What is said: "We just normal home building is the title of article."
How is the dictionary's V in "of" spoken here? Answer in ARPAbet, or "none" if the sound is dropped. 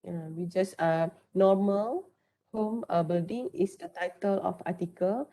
F